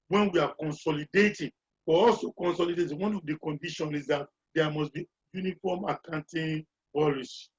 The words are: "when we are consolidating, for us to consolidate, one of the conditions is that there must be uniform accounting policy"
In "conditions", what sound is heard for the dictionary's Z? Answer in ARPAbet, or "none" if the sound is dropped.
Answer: none